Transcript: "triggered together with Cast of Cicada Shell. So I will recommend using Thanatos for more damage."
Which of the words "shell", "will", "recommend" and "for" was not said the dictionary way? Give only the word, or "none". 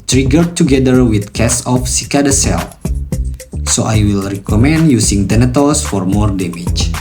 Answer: shell